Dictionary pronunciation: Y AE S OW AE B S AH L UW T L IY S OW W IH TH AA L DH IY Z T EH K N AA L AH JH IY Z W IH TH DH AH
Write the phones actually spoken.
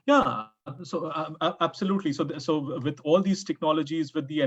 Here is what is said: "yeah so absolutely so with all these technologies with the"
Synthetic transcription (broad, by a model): Y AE S OW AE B S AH L UW T L IY S OW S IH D AA L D IY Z T EH K N AA L AH JH IY Z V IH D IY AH